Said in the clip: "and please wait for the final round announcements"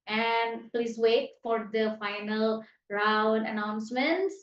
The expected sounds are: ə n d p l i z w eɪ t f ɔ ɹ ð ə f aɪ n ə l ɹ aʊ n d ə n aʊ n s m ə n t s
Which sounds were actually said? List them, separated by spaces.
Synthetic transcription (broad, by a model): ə n d p l i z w eɪ t f ɔ ɹ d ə f aɪ n ə l ɹ aʊ n d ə n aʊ n s m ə n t s